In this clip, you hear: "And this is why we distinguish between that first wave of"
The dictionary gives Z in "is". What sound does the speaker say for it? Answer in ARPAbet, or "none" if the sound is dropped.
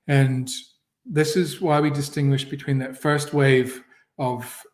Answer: Z